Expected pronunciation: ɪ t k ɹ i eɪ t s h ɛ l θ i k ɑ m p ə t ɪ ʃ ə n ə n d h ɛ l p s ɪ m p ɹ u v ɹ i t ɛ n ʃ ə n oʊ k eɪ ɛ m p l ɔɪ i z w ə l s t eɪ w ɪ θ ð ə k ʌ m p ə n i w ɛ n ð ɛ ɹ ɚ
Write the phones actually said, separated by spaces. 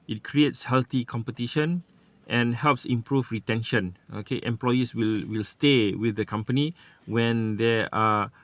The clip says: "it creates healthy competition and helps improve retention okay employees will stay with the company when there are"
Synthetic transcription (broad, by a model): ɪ t k ɹ i eɪ t s h ɛ l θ i k ɑ m p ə t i ʃ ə n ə n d h ɛ l p s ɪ m p ɹ u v ɹ i t ɛ n ʃ ə n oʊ k eɪ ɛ m p l ɔɪ i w w ə l s t eɪ w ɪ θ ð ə k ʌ m p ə n i w ɛ n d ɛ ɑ